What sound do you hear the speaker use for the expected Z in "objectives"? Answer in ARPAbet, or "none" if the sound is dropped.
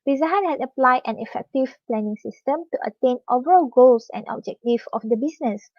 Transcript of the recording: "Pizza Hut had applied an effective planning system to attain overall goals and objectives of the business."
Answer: none